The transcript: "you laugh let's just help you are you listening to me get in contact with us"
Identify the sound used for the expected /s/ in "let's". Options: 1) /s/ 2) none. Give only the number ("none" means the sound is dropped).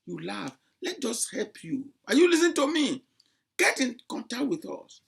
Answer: 2